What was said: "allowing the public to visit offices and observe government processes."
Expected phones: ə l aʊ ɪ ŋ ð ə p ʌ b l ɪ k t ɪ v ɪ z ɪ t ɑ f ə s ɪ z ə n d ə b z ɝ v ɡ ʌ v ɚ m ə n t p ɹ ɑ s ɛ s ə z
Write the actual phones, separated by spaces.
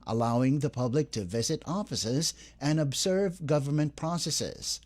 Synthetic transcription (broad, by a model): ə l aʊ ɪ ŋ ð ə p ʌ b l ɪ k t ɪ v ɪ z ɪ t ɑ f ə s ɪ z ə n ə b z ɝ v ɡ ʌ v ɚ m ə n p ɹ ɑ s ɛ s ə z